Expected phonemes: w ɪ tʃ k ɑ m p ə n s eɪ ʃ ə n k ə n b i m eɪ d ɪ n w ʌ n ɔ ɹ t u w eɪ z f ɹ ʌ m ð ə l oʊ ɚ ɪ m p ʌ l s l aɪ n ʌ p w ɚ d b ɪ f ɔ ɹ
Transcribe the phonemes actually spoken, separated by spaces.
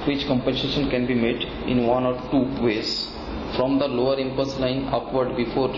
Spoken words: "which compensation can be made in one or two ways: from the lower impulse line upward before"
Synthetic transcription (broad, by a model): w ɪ tʃ k ɑ m p ə n s eɪ ʃ ə n k ə n b i m eɪ d ɪ n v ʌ n ɔ ɹ t u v eɪ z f ɹ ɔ m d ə l oʊ ɚ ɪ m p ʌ s l aɪ n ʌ p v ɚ d b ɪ f ɔ ɹ